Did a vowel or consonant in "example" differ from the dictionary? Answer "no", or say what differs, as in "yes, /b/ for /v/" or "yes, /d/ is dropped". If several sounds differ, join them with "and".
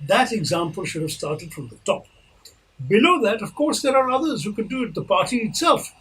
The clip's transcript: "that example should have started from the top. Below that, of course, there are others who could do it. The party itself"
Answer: no